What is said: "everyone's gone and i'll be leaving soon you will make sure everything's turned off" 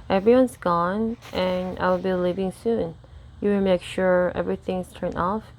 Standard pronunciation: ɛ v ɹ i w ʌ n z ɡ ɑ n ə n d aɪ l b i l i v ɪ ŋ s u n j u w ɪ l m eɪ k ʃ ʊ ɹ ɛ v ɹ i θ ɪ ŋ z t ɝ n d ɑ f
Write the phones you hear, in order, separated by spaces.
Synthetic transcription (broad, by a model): ɛ v ɹ i w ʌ n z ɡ ɑ n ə n aɪ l b i l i v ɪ ŋ s u n j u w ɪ m eɪ k ʃ ʊ ɹ ɛ v ɹ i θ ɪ ŋ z t ɝ n ɑ f